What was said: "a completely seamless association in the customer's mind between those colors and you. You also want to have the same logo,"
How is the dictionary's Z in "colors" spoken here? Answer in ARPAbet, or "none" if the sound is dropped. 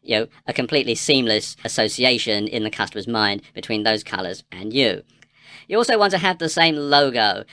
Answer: Z